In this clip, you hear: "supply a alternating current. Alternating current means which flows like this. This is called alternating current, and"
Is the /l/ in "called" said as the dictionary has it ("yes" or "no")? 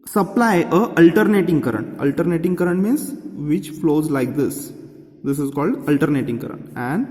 yes